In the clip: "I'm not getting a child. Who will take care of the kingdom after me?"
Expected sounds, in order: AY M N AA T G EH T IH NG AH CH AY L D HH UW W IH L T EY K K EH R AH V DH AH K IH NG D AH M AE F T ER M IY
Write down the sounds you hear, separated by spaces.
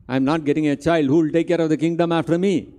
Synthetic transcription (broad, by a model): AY M N AA T G EH T IH NG AH CH AY L D HH UW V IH L T EY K K EH R AH V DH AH K IH NG D AH M AE F T ER M IY